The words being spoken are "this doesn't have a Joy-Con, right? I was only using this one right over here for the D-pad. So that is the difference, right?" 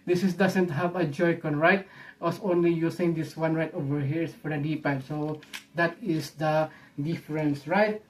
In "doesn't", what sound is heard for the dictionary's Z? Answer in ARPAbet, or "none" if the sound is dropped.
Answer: S